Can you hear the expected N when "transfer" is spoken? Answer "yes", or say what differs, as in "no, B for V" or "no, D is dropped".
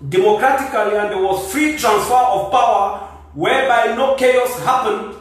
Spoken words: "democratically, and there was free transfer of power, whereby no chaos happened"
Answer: yes